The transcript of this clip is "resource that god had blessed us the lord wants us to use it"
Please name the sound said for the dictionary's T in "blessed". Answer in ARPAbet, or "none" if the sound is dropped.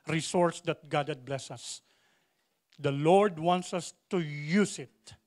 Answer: none